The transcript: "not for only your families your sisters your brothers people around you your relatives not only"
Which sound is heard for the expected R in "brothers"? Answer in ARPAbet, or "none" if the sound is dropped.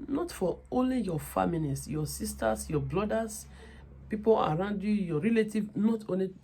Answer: L